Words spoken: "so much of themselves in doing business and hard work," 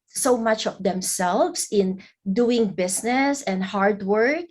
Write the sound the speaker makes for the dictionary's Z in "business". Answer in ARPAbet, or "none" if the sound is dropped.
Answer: S